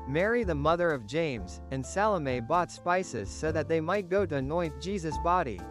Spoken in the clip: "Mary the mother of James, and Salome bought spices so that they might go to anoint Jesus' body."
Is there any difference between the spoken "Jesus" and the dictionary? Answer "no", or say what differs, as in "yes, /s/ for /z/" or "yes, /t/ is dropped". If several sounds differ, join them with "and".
no